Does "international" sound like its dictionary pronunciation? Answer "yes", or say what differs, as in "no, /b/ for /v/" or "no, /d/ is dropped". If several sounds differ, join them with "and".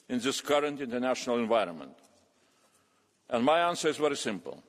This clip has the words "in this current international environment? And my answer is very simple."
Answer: yes